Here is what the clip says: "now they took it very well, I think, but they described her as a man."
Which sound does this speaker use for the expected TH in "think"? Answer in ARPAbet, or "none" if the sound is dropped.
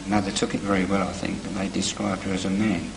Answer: TH